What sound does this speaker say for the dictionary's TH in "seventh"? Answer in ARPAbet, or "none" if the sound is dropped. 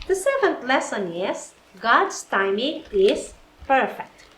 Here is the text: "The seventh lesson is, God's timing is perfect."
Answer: T